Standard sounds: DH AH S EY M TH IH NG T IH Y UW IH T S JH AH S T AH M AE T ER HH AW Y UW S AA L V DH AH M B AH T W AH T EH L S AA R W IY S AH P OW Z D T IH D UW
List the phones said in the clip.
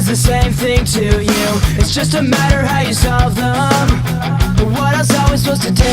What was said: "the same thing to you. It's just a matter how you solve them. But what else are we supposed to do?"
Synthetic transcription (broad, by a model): DH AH S EY M TH IH NG T IH Y UW IH T S JH AH S T AH M AE T ER HH AW Y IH S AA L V DH AH M B AH T W AH T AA S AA L W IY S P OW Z T IH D